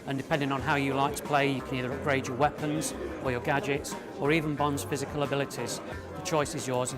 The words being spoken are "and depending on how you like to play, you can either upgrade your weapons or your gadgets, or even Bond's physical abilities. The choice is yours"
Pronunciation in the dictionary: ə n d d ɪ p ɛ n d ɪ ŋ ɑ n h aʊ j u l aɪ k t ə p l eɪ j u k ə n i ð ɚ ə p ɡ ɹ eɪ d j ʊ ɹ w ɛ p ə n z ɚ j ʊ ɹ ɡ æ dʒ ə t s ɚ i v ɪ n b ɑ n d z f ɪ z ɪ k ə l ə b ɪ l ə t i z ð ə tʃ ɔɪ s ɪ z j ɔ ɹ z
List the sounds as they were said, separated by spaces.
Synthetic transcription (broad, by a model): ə n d d ɪ p ɛ n d ɪ ŋ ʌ n h aʊ j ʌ l aɪ k t ə p l eɪ j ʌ k ə n i ð ɚ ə p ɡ ɹ eɪ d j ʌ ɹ w ɛ p ə n z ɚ j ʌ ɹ ɡ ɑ dʒ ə t s ɚ i v ɪ n b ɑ n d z f ɪ z ɪ k ə l ə b ɪ l ə t i z ð ə tʃ ɔɪ s ɪ z j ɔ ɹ z